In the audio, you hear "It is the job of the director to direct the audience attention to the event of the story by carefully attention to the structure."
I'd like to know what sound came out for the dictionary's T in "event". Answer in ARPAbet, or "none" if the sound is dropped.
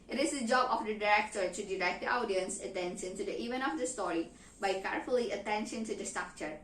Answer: none